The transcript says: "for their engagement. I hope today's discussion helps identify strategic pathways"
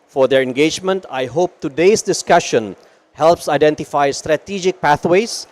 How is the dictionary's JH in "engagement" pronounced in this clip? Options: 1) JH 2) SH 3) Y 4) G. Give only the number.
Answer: 1